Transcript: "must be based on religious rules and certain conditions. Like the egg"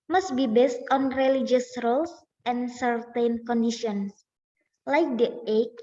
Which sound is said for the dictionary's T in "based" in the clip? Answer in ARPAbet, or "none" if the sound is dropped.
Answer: T